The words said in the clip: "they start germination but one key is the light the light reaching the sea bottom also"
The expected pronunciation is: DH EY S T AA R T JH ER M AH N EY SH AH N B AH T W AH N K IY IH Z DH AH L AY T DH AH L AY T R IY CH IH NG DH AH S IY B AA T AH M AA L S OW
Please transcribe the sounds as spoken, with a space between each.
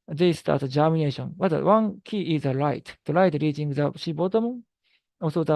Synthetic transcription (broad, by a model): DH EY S T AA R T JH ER M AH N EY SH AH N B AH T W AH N K IY IH Z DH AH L AY T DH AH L AY T R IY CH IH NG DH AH SH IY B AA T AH M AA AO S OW